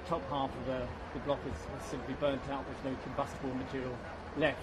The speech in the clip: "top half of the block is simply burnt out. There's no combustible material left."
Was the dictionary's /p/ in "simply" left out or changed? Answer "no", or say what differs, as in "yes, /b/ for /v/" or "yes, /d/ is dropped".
no